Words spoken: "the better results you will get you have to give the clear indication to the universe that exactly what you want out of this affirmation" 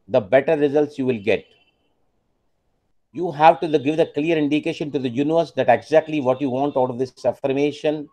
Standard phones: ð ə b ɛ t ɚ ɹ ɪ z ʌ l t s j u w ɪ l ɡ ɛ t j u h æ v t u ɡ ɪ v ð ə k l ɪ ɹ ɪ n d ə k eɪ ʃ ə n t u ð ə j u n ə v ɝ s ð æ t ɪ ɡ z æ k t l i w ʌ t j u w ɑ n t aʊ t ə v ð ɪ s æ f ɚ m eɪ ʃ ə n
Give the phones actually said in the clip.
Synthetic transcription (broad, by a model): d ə b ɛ t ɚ ɹ ɪ z ʌ l t s j u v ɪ l ɡ ɛ t j u h æ v t u ɡ ɪ v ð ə k l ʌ ɹ ɪ n d ə k eɪ ʃ ə n t u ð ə j u n ə v ɝ s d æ t ɪ ɡ z æ k t l i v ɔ t j u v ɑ n t aʊ t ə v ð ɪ s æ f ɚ m eɪ ʃ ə n